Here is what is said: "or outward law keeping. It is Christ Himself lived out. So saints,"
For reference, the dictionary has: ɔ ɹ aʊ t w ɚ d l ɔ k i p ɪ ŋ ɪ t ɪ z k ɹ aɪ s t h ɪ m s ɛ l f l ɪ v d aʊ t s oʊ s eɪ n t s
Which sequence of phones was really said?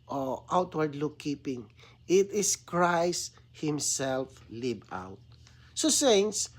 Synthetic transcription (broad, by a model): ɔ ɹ aʊ t w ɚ d l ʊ k i p ɪ ŋ ɪ t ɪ s k ɹ aɪ s t h ɪ m s ɛ l f l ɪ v aʊ t s oʊ s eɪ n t s